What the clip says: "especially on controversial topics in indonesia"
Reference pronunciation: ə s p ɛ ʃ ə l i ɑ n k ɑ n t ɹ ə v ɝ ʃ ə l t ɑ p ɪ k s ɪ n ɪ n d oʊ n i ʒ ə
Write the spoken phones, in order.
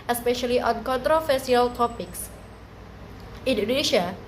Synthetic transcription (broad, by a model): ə s p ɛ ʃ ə l i ɑ n k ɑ n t ɹ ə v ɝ s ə l t ɑ p ɪ k s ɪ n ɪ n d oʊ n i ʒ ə